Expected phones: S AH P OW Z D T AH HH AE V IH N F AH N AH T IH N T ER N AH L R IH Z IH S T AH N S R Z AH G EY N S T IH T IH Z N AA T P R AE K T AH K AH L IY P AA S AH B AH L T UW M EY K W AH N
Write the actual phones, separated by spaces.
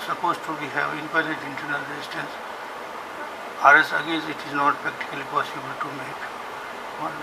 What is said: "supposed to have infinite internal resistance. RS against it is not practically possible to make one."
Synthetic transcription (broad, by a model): S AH P OW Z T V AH HH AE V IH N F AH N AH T IH N T ER N AH L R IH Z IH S T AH N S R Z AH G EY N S IH T IH Z N AA T P R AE K T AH K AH L IY P AA S AH B AH L T UW M EY K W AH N